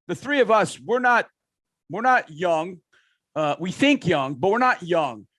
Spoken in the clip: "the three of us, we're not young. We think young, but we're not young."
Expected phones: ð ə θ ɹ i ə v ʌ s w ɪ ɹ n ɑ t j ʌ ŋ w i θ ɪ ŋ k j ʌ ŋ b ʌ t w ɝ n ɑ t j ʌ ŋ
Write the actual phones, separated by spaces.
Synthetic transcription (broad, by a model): ð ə θ ɹ i ə v ʌ s w ɪ ɹ n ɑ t j ʌ ŋ w i θ ɪ ŋ k j ʌ ŋ b ʌ t w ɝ n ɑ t j ʌ ŋ